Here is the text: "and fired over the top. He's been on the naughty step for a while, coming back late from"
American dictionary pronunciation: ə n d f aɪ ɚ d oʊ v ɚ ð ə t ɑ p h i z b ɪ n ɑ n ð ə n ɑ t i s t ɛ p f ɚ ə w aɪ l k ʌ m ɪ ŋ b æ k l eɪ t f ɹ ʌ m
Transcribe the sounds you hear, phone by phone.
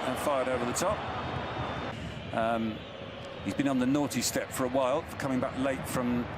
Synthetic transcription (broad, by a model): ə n f aɪ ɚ d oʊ v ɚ ð ə t ɑ p h i z b ɪ n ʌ n ð ə n ɑ t i s t ɛ p f ɚ ə w aɪ l k ʌ m ɪ ŋ b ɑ k l eɪ t f ɹ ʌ m